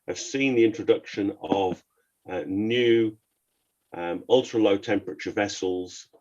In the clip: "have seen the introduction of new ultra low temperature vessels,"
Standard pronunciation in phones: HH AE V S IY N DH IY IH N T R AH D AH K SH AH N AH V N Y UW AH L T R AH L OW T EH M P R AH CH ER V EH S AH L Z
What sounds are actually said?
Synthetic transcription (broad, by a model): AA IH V S IY N DH IY IH N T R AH D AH K SH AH N AH V N Y UW AH L T R AH L OW T EH M P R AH CH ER V EH S AH L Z